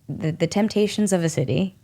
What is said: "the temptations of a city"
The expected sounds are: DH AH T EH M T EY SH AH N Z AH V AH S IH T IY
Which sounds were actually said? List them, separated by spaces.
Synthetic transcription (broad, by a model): DH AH T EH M T EY SH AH N Z AH V AH S IH T IY